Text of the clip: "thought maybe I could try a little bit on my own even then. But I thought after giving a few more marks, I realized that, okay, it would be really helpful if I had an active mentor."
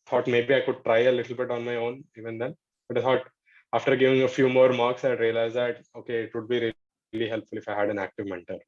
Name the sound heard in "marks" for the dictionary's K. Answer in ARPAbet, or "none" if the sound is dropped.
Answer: K